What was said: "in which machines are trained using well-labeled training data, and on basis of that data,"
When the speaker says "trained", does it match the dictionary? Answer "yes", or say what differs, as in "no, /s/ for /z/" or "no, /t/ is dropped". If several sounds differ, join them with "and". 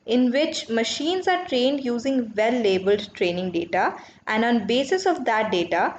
yes